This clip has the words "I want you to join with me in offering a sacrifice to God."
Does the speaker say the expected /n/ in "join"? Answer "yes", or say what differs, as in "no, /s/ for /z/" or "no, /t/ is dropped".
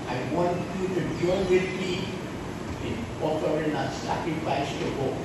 no, /l/ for /n/